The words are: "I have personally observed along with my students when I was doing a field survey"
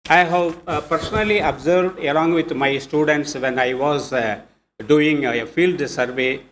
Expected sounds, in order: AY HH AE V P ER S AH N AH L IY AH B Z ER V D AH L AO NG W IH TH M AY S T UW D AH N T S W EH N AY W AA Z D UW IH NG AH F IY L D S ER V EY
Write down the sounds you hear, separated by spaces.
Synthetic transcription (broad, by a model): AY HH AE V P ER S AH N AH L IY AH B Z ER V D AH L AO NG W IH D M AY S T UW D AH N T S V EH N AY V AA Z D UW IH NG AH F IY L D S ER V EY